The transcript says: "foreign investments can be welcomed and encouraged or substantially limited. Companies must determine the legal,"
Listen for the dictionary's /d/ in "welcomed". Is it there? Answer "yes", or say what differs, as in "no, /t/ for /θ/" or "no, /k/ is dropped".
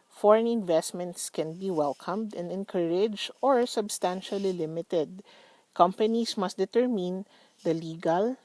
yes